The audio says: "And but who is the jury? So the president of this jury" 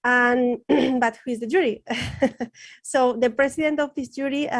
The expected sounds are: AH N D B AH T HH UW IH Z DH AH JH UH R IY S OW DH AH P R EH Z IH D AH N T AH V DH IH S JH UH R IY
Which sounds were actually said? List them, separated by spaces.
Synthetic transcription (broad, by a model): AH N B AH T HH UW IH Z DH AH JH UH R IY S OW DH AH P R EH S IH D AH N T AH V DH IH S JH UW R IY